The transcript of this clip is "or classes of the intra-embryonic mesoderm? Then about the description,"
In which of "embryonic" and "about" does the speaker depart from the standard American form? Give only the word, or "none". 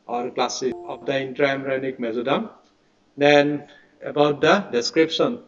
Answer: embryonic